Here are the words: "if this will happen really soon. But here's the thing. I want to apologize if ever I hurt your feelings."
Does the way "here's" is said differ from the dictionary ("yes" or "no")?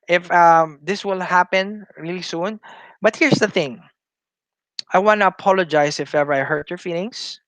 yes